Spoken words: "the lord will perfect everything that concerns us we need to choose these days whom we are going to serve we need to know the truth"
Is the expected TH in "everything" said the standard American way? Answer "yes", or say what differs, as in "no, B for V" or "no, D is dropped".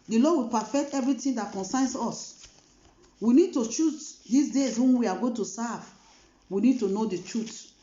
no, T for TH